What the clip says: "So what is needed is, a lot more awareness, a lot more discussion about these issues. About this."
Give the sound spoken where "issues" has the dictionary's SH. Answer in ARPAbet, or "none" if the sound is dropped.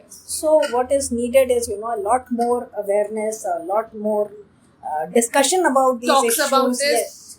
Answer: none